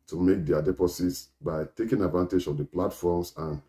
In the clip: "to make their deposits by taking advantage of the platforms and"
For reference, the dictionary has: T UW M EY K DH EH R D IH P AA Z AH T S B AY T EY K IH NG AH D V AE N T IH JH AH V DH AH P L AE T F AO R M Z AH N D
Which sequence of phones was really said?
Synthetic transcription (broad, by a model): T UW M EY K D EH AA D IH P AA S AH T S B AY T EY K IH NG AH D V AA N T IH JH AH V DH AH P L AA T F AO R M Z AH N